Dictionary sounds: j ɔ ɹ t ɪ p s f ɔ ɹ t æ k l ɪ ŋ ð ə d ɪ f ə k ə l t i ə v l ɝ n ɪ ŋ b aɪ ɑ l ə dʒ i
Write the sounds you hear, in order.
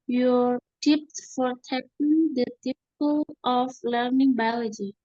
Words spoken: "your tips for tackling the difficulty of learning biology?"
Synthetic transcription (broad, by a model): j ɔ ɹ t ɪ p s f ɔ ɹ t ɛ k ɪ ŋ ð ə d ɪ p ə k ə l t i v l ɝ n ɪ ŋ b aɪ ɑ l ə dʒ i